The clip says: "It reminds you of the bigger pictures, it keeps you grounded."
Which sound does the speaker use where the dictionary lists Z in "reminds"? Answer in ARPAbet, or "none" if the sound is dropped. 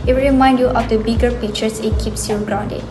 none